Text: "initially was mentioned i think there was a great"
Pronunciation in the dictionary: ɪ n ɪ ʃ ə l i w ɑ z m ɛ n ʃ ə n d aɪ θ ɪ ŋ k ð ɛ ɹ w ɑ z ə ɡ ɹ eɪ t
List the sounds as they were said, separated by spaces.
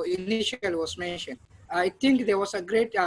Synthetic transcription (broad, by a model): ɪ n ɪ ʃ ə l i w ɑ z m ɛ n ʃ ə n d aɪ t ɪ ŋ k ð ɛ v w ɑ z ə ɡ ɹ eɪ t